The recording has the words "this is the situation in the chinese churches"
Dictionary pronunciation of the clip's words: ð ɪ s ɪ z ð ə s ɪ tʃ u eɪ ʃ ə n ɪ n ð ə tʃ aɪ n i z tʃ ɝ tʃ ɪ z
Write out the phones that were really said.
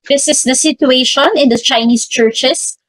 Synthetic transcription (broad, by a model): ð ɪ s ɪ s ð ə s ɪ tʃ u eɪ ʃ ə n ɪ n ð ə tʃ aɪ n i s tʃ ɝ tʃ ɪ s